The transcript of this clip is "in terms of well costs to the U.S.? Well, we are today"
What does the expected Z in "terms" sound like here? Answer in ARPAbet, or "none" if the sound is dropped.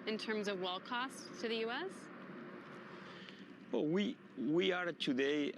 Z